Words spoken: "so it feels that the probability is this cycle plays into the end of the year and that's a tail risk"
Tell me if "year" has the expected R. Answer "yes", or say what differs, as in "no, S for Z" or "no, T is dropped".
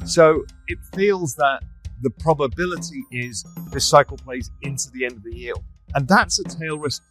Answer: no, L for R